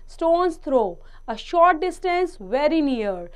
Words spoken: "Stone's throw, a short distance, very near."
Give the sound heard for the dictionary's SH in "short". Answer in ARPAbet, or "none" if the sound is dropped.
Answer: SH